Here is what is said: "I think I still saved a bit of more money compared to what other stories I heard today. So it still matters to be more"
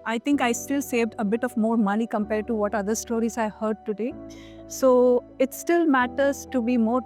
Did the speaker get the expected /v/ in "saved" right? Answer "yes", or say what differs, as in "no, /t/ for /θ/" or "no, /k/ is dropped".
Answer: yes